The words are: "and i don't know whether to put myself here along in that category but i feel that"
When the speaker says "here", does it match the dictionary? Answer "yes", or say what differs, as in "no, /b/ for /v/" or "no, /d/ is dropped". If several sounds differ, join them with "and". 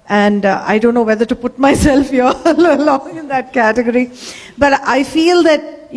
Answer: no, /l/ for /ɹ/